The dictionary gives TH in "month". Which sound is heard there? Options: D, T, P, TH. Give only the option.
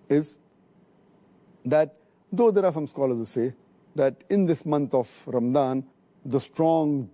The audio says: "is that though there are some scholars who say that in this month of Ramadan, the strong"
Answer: T